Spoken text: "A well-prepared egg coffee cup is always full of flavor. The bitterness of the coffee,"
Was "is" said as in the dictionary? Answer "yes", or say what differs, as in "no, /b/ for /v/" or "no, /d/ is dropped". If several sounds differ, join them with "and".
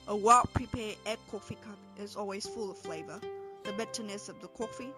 yes